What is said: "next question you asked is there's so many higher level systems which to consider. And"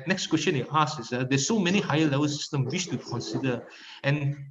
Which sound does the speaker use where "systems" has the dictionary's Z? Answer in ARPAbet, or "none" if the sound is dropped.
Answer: none